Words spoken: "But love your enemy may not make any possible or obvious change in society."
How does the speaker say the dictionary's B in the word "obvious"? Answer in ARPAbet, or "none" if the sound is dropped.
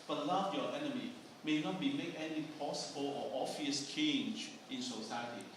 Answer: none